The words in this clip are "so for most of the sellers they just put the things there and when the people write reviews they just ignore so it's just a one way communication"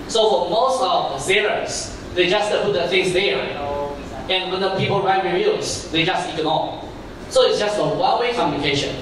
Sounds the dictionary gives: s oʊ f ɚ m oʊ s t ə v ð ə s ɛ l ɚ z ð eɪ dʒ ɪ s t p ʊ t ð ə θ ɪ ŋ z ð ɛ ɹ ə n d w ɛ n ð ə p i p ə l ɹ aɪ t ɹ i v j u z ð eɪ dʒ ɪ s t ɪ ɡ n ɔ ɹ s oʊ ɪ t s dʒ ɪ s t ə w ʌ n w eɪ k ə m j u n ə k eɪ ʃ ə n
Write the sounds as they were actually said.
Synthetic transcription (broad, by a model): s oʊ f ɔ m oʊ s t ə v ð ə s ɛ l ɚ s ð eɪ dʒ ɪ s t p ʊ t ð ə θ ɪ ŋ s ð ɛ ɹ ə n w ɛ n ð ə p i p ə l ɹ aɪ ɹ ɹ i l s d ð eɪ dʒ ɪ s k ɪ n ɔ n s oʊ ɪ t s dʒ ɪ s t ə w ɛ l w eɪ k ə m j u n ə k eɪ ʃ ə n